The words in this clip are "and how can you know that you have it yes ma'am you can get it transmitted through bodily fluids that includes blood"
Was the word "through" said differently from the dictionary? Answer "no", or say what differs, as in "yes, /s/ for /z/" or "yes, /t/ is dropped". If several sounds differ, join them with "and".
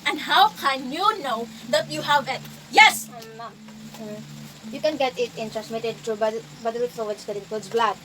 yes, /t/ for /θ/